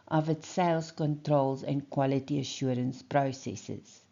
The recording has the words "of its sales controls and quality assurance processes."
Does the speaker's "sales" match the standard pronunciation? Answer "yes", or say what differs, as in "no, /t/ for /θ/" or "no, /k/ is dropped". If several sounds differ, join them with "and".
no, /s/ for /z/